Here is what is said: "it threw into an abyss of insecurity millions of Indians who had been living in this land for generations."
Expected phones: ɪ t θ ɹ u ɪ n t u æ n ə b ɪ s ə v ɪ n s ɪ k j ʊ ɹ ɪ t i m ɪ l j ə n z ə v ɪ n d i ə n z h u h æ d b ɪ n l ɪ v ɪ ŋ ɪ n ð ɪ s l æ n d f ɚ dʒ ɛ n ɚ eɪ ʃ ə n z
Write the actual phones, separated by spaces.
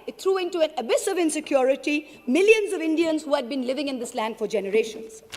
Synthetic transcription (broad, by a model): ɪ t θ ɹ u ɪ n t u æ n ə b ɪ s ə v ɪ n s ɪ k j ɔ ɹ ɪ t i m ɪ l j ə n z ə v ɪ n d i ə n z h u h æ d b ɪ n l ɪ v ɪ ŋ ɪ n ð ɪ s l æ n d f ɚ dʒ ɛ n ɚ eɪ ʃ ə n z